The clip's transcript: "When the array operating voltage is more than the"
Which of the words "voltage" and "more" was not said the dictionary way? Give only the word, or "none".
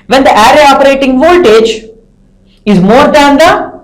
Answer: none